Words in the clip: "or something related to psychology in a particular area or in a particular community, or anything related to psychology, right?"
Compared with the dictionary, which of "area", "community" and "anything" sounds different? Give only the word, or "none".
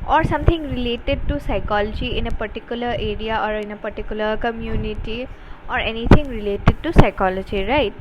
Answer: anything